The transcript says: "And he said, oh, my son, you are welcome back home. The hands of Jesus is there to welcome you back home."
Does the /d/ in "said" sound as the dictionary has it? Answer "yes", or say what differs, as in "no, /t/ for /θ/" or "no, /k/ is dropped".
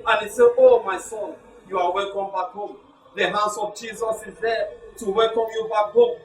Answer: no, /d/ is dropped